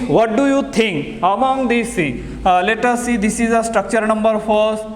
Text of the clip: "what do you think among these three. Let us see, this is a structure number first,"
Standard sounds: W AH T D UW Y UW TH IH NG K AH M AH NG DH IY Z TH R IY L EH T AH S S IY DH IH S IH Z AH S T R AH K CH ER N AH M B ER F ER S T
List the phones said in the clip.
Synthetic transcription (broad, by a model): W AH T D UW Y UW T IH NG K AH M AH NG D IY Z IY L EH T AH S S IY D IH S IH Z AH S T R AH K CH ER N AH M B ER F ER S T